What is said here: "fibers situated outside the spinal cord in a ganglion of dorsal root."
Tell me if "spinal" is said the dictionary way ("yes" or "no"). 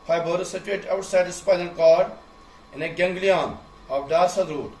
no